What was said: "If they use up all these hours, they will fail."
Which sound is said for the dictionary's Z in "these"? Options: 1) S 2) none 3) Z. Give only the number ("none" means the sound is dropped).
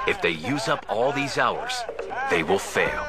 3